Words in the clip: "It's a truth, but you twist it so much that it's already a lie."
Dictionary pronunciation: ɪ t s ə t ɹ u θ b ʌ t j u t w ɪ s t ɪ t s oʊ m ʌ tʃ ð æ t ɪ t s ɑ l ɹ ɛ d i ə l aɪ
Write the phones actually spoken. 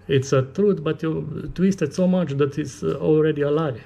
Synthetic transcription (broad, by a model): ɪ t s ə t ɹ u t b ʌ t j u t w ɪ s t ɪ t s oʊ m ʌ tʃ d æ t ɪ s ɑ l ɹ ɛ d i ə l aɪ